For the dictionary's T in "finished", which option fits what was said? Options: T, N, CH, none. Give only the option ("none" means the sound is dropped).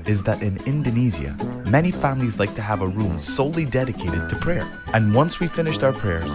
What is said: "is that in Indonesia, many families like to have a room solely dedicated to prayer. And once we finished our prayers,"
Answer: T